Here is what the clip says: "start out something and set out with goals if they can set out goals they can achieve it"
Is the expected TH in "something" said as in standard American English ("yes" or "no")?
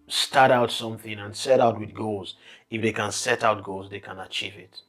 yes